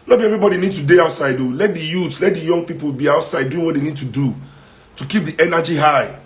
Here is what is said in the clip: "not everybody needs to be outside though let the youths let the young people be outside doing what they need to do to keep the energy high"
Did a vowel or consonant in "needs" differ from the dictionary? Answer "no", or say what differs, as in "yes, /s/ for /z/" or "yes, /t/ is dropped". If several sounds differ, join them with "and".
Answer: yes, /z/ is dropped